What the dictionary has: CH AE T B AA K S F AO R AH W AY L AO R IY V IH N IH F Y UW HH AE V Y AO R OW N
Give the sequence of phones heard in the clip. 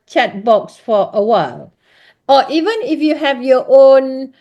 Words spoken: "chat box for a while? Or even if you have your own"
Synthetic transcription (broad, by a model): CH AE T B AA K S F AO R AH W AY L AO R IY V IH N IH F Y UW HH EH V Y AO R OW N